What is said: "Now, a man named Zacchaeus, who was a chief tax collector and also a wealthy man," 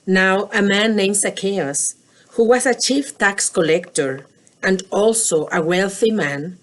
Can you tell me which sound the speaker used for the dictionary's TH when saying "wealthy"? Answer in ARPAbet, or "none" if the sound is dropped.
TH